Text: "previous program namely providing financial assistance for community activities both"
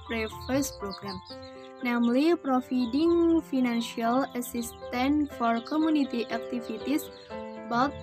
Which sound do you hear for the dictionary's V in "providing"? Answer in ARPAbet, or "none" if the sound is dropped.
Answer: F